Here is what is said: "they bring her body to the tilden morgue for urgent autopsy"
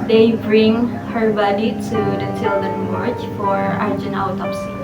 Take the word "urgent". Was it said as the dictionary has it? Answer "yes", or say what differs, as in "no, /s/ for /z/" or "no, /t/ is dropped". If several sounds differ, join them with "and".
no, /t/ is dropped